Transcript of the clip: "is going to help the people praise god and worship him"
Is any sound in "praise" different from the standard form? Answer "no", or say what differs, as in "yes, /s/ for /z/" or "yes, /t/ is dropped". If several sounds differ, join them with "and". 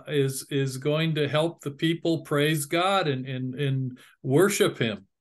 no